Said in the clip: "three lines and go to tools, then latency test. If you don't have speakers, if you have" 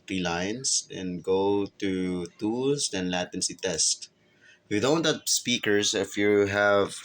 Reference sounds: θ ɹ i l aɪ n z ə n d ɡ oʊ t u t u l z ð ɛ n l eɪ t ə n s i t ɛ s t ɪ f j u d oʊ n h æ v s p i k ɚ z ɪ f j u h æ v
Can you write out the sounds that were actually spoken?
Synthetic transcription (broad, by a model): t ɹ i l aɪ n s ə n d ɡ oʊ t u t u l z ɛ n l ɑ t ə n s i t ɛ s t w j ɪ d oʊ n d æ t s p i k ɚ s ɪ f j u h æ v